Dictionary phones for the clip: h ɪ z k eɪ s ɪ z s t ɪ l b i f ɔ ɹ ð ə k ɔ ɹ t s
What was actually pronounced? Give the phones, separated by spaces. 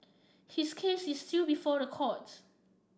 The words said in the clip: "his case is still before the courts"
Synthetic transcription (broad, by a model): h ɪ s k eɪ s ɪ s t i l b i f ɔ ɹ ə k ɔ t